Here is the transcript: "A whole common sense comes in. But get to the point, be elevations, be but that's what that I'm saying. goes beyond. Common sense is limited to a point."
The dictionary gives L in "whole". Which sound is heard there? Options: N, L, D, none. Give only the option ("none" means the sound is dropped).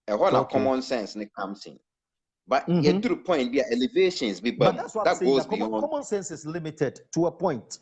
N